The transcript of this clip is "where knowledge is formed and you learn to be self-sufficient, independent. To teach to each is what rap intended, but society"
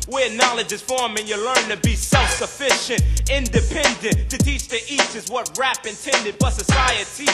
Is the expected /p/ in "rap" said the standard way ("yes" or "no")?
yes